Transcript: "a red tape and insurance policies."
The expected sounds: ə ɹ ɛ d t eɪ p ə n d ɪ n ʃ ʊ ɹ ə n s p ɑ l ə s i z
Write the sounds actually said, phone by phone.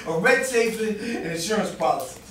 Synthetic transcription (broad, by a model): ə ɹ ɛ d s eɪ f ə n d ɪ n ʃ ʊ ɹ ə n s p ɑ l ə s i